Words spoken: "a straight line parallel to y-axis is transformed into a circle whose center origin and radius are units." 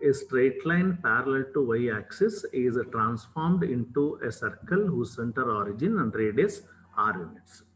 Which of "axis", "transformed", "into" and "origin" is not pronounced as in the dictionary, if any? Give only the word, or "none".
none